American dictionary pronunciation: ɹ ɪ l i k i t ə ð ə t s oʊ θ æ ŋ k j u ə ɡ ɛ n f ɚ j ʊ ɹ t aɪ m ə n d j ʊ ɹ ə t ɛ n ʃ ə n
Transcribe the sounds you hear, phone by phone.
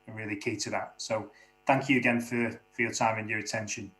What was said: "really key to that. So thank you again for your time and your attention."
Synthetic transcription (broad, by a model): ɹ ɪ l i k i t ə ð ə t s oʊ θ æ ŋ k j ə ɡ ɛ n f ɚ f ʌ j t aɪ m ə n j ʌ ɹ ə t ɛ n ʃ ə n